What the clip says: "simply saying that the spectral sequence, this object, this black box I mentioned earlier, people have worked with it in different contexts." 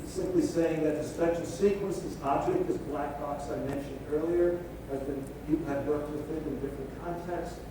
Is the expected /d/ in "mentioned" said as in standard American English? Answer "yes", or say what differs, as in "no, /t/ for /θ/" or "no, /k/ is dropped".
yes